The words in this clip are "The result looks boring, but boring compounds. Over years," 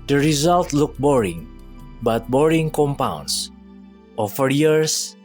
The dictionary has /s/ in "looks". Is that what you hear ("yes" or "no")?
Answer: no